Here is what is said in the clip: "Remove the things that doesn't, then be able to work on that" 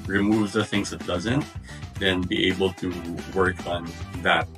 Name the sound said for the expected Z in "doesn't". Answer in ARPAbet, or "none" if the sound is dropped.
Z